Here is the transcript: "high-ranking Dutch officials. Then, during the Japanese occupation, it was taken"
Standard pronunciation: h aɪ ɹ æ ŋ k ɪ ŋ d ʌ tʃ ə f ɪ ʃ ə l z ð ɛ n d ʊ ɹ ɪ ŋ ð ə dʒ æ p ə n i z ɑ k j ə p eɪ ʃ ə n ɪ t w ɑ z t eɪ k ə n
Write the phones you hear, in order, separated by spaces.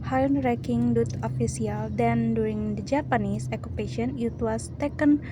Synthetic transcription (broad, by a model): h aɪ ɹ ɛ k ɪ ŋ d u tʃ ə f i s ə l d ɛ n d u ɹ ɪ ŋ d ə dʒ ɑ p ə n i s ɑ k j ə p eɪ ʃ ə n ɪ t w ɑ s t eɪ k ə n